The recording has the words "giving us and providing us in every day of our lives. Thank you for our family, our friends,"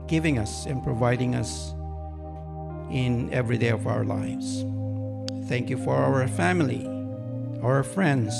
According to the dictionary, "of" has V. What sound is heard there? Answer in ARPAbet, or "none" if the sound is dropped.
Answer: V